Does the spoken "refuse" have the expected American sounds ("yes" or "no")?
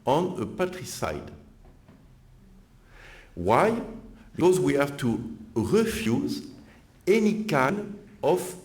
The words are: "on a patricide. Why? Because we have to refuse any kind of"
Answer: yes